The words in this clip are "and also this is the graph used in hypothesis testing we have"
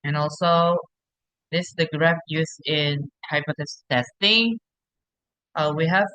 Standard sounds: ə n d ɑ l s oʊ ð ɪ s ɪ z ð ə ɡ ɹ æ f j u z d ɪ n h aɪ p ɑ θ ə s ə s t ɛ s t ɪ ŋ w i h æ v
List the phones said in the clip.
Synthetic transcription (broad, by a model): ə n ɑ l s oʊ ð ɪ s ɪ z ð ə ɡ ɹ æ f j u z ɪ n h aɪ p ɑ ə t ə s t ɛ s t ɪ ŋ w i h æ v